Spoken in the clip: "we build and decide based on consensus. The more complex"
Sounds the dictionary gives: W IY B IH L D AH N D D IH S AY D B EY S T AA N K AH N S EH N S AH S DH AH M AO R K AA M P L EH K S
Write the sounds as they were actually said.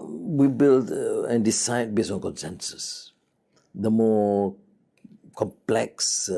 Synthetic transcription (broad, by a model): W IY B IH L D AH N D D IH S AY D B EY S AA N K AH N S EH N S AH S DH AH M AO K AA M P L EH K S